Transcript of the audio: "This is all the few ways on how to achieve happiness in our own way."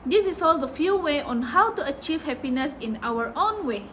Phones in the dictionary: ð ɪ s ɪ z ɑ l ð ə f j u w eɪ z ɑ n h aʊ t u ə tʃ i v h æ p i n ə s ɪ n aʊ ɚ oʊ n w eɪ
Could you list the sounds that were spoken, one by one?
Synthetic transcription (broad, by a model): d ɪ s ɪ s ɑ l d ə f j u w eɪ ɑ n h aʊ t u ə tʃ i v h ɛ p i n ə s ɪ n aʊ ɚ oʊ n w eɪ